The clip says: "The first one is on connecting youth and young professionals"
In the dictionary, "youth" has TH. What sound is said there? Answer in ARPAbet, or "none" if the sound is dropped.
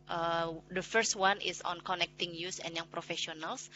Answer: S